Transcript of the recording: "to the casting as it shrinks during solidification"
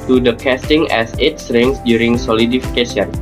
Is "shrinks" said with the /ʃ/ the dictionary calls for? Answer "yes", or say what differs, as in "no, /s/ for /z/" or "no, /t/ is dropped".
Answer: no, /s/ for /ʃ/